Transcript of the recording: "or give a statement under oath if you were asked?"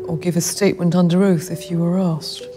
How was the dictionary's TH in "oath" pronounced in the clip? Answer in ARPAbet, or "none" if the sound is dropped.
TH